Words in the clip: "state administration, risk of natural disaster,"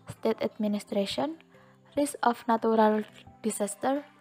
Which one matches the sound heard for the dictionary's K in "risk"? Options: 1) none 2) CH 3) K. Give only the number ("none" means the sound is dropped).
1